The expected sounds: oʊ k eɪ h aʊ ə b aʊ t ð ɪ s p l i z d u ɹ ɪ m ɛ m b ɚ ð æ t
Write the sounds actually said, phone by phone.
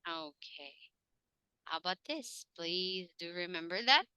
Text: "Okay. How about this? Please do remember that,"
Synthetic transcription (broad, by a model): oʊ k eɪ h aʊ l b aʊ t ð ɪ s p l i z d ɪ ɹ ɪ m ɛ m b ɚ ð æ t